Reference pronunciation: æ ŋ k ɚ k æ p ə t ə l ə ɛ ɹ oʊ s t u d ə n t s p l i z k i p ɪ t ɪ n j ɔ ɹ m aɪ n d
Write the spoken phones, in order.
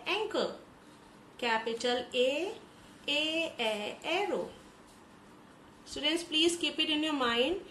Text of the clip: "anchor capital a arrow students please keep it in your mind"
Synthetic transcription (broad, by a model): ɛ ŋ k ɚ k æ p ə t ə l ə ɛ ɹ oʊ s t u d ə n t s p l i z k i p ɪ t ɪ n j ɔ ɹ m aɪ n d